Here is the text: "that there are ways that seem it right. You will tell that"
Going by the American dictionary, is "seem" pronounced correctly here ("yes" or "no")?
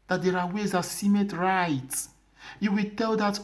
yes